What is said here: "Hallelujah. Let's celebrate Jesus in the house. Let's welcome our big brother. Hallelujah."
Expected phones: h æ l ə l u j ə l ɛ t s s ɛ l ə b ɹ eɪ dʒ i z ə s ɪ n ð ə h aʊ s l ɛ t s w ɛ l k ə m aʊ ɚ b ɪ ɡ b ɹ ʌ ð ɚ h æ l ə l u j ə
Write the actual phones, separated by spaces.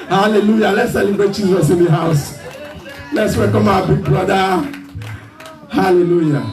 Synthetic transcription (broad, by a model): h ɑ l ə l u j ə l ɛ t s s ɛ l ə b eɪ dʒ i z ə s ɪ n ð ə h aʊ s l ɛ t s w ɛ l k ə m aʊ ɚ b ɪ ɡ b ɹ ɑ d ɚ h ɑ l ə l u j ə